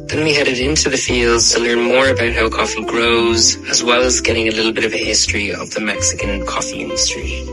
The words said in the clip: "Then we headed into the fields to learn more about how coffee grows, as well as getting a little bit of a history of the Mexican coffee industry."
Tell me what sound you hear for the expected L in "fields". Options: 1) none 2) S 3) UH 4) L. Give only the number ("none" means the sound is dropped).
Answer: 4